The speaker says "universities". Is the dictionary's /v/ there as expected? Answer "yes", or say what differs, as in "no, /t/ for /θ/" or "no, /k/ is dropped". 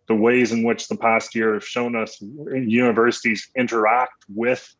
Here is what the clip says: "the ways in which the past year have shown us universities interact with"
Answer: yes